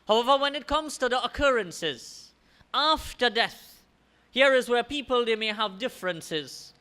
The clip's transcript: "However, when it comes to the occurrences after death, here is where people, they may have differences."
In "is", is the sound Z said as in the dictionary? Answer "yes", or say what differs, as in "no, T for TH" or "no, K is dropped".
yes